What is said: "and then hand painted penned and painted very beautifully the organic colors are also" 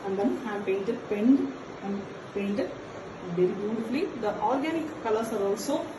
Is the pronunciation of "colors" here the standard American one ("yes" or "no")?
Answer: no